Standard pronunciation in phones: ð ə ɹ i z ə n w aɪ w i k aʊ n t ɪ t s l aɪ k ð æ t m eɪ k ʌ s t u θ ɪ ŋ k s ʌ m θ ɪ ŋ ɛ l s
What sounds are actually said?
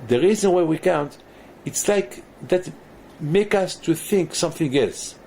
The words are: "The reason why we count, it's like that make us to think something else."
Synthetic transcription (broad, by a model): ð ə ɹ i z ə n w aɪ w i k aʊ n t ɪ t s l aɪ k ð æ t m eɪ k ʌ s t u θ ɪ ŋ k s ʌ m θ ɪ ŋ ɛ l s